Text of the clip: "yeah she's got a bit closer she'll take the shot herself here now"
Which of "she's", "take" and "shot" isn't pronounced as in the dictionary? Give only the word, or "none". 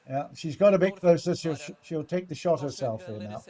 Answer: none